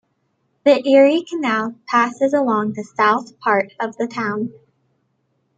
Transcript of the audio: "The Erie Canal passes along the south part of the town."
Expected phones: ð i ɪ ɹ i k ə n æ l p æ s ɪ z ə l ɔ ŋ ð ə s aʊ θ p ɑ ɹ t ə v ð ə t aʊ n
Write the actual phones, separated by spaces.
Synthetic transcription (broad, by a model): ð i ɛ ɹ i k ə n æ l p æ s ɪ z ə l ɔ ŋ ð ə s aʊ θ p ɑ ɹ t ə v ð ə t aʊ n